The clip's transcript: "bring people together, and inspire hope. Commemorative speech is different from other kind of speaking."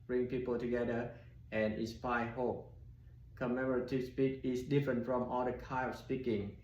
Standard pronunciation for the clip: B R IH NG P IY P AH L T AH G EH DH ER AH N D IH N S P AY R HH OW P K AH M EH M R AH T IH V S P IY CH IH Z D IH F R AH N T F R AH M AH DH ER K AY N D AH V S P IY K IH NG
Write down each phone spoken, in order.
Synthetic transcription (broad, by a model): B R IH NG P IY P AH L T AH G EH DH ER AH N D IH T S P AY HH OW P K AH M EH M R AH T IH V S P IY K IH S D IH F R AH N T F R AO M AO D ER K AY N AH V S P IY K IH NG